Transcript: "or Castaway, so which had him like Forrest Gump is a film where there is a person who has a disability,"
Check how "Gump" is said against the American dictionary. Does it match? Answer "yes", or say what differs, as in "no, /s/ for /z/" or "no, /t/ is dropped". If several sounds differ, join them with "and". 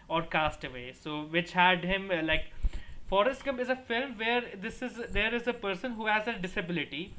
no, /p/ is dropped